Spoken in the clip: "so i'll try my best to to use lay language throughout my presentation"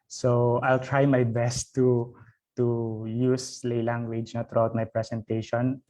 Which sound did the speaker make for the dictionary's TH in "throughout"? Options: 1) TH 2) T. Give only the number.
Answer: 2